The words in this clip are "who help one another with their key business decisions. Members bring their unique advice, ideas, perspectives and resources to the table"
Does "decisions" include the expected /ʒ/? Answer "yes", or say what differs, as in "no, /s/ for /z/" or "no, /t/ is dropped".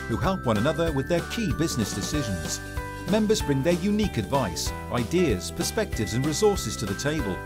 yes